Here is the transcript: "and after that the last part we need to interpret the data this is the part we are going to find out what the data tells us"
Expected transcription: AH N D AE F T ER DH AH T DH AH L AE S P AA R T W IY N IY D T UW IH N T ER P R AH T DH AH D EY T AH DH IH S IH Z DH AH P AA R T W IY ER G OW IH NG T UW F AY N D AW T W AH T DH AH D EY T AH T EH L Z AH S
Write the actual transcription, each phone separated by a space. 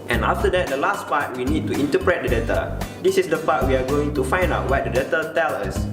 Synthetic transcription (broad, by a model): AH N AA F T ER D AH T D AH L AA S P AA T W IY N IY D T UW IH N T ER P R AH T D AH D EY T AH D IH S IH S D AH P AA T W IY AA G OW IH NG T UW F AY N D AW T W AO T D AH D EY T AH T EH L AH S